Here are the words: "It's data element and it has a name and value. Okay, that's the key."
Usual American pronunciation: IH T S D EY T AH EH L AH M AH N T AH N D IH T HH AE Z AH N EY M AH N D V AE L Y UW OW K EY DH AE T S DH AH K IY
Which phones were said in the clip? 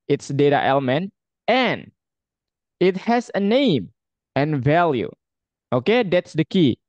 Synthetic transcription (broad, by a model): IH T S D EY T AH EH L AH M AH N T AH N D IH T HH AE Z AH N EY M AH N V AE L Y UW OW K EY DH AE T S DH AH K IY